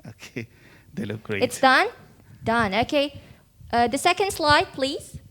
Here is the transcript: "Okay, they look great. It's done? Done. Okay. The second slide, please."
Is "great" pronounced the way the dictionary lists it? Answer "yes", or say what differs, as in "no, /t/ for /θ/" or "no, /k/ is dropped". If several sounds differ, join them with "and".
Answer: no, /t/ is dropped